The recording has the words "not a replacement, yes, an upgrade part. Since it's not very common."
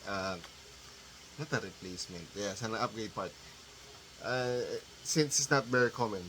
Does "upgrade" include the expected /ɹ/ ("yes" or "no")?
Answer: no